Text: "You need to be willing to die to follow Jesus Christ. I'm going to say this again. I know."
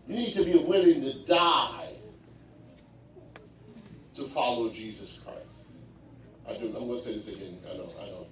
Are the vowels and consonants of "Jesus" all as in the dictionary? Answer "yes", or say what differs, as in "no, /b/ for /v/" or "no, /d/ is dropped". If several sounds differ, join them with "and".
yes